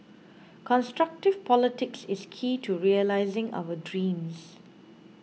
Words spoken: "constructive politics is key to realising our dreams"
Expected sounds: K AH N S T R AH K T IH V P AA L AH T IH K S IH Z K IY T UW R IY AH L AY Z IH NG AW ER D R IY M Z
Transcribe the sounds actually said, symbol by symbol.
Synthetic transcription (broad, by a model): K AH N S T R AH K T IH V P AA L AH T IH K S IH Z K IY T UW R IY AH L AY Z IH NG AW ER D R IY M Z